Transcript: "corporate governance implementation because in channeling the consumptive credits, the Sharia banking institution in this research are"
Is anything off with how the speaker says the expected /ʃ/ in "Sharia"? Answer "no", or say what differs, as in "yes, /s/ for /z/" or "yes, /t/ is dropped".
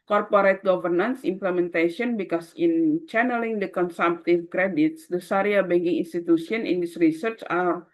yes, /s/ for /ʃ/